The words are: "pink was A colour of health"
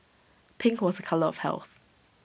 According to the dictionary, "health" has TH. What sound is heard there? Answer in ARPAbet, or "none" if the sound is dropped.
TH